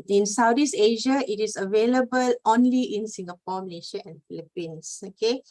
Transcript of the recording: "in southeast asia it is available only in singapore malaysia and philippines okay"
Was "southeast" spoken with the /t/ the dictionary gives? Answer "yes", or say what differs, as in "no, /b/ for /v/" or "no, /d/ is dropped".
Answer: no, /t/ is dropped